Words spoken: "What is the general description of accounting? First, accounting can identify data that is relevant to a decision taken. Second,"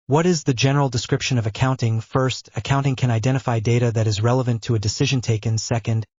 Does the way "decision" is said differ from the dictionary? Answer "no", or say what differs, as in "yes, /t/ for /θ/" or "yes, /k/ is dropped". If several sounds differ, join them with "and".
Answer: no